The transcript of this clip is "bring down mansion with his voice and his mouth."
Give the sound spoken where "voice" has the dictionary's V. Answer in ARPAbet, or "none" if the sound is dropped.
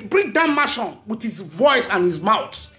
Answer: V